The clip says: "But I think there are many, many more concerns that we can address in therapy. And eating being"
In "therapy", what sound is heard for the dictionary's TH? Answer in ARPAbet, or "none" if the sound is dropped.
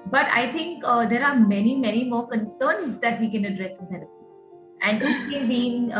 S